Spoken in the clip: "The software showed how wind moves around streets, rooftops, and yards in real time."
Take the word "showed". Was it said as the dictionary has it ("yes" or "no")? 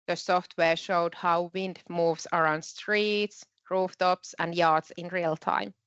yes